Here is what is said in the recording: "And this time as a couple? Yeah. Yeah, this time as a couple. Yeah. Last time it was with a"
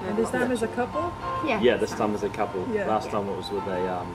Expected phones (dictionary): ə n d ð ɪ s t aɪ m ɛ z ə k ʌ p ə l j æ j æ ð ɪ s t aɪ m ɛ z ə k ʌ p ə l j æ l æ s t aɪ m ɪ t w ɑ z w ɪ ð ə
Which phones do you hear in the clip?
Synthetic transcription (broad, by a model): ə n ð ɪ s t aɪ m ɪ z ə k ʌ p ə l j æ j æ ð ɪ s t aɪ m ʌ z ə k ʌ p ə l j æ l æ s t aɪ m ɪ t w ɑ z w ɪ ð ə